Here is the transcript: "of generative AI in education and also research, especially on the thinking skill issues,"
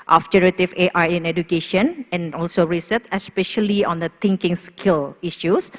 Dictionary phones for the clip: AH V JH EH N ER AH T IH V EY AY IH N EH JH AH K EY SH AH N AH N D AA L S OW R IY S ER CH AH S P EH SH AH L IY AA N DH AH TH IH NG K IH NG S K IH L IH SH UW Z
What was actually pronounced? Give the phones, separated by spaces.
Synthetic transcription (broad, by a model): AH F JH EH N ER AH T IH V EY AY IH N EH JH AH K EY SH AH N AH N AA L S OW R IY S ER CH AH S P EH SH AH L IY AA N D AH T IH NG K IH NG S K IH L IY SH UW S